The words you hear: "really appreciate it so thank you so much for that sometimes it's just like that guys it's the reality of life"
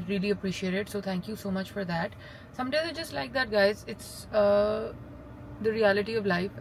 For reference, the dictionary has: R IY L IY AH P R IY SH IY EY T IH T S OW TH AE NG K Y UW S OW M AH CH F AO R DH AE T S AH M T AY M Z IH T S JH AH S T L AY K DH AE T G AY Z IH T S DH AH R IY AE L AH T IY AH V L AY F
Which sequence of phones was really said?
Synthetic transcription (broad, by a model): R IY L IY AH P R IY SH IY EY T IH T S OW T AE NG K Y UW S OW M AH CH F AO R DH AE T S AH M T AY Z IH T JH AH S T L AY K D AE T G AY Z IH T S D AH R IY AE L AH T IY AH V L AY F